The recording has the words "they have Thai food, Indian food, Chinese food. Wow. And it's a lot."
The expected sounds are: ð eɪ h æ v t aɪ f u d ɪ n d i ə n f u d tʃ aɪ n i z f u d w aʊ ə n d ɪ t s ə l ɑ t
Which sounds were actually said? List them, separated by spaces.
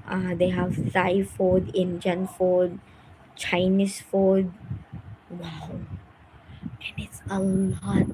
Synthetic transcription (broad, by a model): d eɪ h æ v s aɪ f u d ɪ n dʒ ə n f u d tʃ aɪ n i s f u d w aʊ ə n ɪ t s ə l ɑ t